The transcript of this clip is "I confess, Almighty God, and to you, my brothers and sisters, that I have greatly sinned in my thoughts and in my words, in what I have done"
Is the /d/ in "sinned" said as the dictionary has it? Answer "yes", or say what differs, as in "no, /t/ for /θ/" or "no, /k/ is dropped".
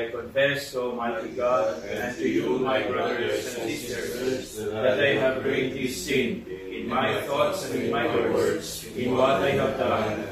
no, /d/ is dropped